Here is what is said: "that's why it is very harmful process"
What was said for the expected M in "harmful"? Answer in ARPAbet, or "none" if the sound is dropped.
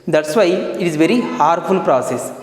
none